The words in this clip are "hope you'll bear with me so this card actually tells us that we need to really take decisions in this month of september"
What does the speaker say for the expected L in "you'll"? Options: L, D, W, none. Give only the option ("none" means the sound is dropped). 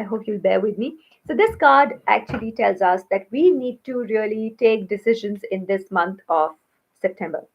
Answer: L